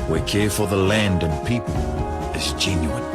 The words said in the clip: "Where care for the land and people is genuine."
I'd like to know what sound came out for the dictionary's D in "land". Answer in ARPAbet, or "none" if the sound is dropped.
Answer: D